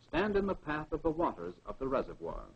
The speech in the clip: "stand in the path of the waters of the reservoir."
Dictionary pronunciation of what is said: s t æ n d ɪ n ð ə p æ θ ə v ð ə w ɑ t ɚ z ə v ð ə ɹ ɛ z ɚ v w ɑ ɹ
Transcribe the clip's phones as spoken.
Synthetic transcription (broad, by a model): s t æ n d ɪ n ð ə p æ θ ə v ð ə w ɑ t ɚ z ə v ð ə ɹ ɛ z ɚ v w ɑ ɹ